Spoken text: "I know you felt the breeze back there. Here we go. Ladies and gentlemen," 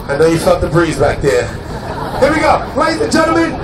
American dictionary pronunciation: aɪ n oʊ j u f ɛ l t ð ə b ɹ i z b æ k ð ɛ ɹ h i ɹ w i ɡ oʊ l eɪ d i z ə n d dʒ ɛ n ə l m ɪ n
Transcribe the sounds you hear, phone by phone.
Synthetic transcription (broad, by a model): aɪ n oʊ j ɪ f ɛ t ð ə b ɹ i z b æ k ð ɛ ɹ h i ɹ w i ɡ oʊ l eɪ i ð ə dʒ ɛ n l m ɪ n